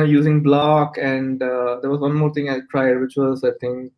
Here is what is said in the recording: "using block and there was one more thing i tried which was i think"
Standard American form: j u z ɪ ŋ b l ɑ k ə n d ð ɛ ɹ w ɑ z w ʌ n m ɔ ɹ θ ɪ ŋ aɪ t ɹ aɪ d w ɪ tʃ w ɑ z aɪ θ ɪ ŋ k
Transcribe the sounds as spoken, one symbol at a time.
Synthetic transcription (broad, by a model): j u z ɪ ŋ b l ɑ k ə n d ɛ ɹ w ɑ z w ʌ n m ɔ ɹ t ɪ ŋ aɪ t ɹ aɪ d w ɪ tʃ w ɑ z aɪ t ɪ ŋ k